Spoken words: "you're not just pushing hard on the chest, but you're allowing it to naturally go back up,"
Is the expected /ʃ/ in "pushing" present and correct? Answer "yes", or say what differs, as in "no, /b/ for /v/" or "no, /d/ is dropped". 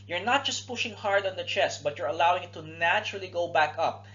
yes